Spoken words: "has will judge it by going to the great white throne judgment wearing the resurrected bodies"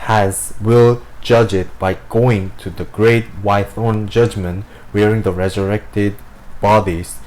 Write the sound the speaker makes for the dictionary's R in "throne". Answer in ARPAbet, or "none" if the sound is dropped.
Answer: none